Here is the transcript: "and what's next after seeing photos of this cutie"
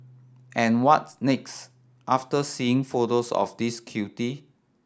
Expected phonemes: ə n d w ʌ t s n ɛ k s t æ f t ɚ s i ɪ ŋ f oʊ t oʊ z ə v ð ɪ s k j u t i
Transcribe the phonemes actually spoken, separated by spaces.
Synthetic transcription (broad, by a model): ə n w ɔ t n ɛ k s t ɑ f t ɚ s i ɪ ŋ f oʊ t oʊ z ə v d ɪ s k j u t i